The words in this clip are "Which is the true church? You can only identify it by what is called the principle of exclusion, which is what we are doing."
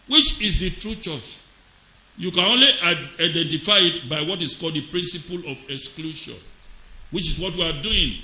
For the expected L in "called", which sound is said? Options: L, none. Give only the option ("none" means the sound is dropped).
L